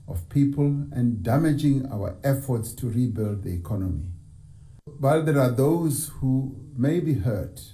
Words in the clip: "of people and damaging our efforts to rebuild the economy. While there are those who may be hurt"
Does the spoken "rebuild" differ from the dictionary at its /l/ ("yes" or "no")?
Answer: no